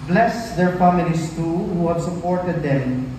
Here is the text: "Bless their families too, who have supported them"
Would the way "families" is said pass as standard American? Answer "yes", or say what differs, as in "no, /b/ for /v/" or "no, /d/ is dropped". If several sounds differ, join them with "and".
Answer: no, /n/ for /l/ and /s/ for /z/